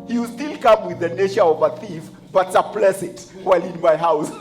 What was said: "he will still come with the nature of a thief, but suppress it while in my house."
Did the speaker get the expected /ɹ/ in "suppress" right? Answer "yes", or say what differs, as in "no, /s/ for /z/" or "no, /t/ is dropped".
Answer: no, /l/ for /ɹ/